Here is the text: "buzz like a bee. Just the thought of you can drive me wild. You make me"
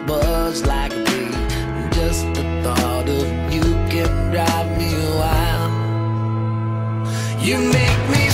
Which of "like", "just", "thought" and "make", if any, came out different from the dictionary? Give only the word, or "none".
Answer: none